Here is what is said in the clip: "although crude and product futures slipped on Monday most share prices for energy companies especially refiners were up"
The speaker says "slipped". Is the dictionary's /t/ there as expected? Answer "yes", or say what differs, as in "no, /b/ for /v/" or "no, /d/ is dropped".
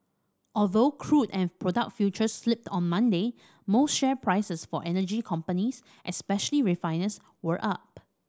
yes